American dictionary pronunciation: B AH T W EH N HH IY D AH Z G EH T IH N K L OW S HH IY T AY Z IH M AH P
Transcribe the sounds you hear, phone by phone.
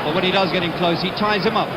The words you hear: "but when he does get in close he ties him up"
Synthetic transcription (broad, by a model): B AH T W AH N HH IY D AH Z G EH T IH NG K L OW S HH IY T AY Z IH M AH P